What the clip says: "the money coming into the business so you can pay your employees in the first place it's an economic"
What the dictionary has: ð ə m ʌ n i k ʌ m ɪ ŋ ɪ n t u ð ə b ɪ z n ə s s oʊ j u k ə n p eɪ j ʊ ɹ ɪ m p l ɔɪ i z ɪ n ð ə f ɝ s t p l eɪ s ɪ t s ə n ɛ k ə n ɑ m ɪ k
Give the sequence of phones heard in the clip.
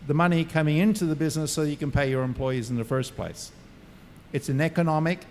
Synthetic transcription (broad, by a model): ð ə m ʌ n i k ʌ m ɪ ŋ ɪ n t u ð ə b ɪ z n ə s s oʊ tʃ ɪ k ə n p eɪ j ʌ ɹ ɪ m p l ɔɪ i z n ð ə f ɝ s p l eɪ s ɪ t s ə n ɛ k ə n ɑ m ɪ k